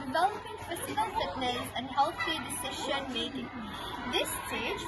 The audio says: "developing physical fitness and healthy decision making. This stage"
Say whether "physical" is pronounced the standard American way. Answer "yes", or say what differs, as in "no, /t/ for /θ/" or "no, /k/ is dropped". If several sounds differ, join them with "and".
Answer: no, /p/ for /f/ and /s/ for /z/